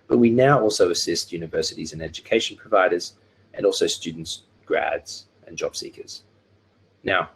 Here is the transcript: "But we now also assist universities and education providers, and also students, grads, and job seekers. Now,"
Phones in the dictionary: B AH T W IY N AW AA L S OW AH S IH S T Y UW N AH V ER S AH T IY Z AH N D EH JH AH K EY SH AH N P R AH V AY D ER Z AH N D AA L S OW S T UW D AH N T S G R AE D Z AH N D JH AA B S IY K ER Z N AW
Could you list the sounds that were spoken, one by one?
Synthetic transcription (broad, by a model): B AH T W IY N AW AA L S OW AH S IH S T Y UW N AH V ER S AH T IY Z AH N EH JH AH K EY SH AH N P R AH V AY D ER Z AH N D AA L S OW S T UW D N T S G R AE D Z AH N JH AA B S IY K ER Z N AW